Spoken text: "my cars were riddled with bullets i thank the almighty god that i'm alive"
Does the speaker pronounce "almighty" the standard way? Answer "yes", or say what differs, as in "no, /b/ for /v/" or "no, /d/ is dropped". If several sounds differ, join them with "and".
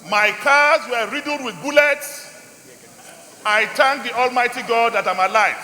yes